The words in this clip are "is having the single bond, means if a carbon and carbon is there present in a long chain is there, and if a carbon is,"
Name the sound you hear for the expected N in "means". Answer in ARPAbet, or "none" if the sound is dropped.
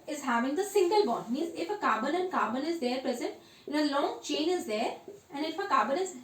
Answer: none